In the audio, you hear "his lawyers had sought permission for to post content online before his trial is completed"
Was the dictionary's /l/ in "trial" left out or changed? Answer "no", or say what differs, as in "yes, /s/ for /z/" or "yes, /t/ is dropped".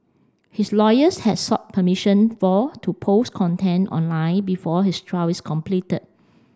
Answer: yes, /w/ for /l/